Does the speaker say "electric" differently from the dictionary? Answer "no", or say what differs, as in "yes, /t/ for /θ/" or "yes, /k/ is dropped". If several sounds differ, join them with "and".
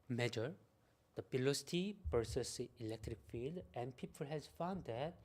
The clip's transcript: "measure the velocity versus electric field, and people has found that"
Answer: no